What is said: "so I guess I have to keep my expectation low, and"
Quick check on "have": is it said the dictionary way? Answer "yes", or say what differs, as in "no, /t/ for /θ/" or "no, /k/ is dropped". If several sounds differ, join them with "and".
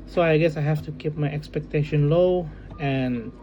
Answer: no, /f/ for /v/